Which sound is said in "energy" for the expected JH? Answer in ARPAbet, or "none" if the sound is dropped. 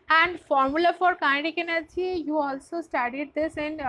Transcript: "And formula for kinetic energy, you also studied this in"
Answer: none